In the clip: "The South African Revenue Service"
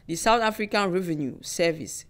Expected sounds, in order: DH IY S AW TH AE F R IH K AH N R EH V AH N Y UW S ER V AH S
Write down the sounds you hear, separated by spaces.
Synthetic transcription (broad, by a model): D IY S AW T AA F R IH K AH N R EH V AH N Y UW S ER V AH S